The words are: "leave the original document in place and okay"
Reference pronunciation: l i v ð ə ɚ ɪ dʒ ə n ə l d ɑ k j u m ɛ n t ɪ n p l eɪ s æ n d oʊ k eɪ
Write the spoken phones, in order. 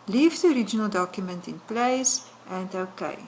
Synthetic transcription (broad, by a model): l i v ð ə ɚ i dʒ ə n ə l d ɑ k j u m ɛ n t ɪ n p l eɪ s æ n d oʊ k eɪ